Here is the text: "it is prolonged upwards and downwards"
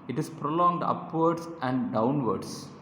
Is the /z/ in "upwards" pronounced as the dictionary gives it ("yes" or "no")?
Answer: no